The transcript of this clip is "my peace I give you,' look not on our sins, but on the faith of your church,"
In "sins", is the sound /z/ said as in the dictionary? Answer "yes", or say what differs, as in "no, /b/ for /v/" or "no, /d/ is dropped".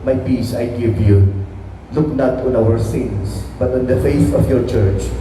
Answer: no, /s/ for /z/